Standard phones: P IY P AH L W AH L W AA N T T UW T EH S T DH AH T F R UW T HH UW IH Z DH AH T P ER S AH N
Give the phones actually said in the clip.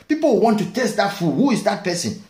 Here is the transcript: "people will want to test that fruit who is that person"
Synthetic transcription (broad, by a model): P IY P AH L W W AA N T T UW T EH S T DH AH T F UW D HH UW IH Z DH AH T P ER S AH N